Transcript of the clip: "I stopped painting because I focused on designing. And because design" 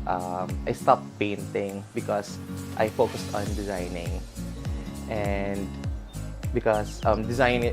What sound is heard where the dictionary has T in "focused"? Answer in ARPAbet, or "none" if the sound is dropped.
T